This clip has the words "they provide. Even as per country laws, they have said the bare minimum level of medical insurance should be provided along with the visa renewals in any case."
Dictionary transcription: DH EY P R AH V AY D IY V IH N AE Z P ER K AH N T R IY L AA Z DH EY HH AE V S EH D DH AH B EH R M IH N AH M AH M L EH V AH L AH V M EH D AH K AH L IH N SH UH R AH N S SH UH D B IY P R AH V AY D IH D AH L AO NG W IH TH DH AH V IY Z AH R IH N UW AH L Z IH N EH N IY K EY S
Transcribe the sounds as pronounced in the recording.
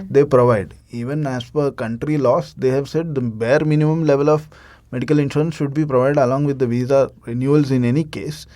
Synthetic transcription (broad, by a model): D EY P R AH V AY D IY V IH N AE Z F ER K AH N T R IY L AA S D EY HH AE V S EH D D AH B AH R M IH N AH M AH M L EH V AH L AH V M EH D AH K AH L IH N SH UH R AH N S SH UH D B IY P R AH V AY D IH D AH L AO NG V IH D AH V IY Z AH R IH N UW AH L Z IH N EH N IY K EY S